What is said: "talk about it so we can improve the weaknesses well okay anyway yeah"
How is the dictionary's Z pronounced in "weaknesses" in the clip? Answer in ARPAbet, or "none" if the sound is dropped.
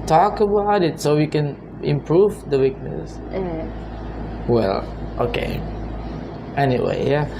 none